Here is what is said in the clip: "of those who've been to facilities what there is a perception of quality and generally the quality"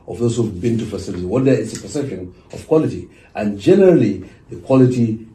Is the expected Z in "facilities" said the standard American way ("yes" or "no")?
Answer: no